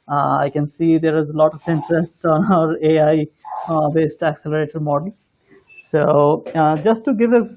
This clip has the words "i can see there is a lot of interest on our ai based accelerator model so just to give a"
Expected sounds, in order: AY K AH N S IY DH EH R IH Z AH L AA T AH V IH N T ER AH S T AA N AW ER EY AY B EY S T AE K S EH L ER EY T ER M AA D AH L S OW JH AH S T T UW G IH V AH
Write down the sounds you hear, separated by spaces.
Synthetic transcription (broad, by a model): AY K AH N S IY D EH R IH Z AH L AA T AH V IH N T ER AH S T AA N AW ER EY AY B EY S T AE K S EH L ER EY T ER M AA D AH L S OW JH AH S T T UW G IH V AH